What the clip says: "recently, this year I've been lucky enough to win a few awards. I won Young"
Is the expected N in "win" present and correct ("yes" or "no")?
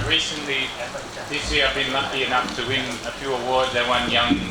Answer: yes